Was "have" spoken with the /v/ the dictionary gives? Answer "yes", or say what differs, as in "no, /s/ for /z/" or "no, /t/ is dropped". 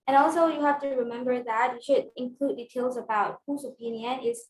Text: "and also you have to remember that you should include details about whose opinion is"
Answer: no, /f/ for /v/